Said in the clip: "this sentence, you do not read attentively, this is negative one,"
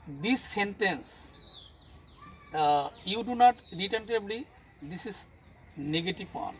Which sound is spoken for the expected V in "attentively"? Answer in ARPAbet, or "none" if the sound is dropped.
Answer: B